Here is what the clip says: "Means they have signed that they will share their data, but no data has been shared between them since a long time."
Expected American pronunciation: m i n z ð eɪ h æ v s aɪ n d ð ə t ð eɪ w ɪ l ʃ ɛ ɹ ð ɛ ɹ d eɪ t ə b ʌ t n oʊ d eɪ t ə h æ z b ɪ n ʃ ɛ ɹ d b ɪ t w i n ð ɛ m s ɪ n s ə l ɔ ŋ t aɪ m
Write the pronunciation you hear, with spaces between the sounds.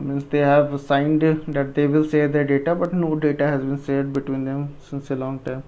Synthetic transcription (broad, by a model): m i n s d eɪ h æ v s aɪ n d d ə t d eɪ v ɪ l s ɛ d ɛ ɹ d eɪ t ə b ʌ t n oʊ d eɪ t ə h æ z b ɪ n s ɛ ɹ d b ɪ t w i n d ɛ m s ɪ n s ə l ɔ ŋ t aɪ m